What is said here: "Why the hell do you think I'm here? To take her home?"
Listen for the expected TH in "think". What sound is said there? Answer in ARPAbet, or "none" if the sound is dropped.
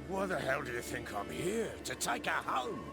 TH